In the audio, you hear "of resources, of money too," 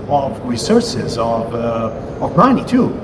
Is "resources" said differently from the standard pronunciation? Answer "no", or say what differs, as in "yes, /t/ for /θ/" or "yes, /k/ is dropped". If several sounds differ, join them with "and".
no